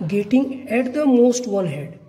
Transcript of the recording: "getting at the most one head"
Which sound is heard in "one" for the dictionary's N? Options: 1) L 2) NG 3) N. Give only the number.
1